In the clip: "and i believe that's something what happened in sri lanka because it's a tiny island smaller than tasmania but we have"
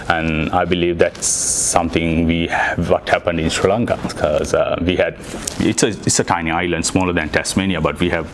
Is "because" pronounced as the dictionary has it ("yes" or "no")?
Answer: no